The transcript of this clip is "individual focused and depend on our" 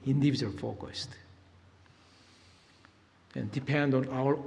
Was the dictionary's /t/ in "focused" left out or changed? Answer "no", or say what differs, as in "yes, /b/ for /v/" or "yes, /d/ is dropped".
no